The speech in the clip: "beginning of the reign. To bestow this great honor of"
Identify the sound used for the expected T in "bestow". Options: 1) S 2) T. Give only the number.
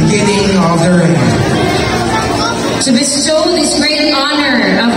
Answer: 1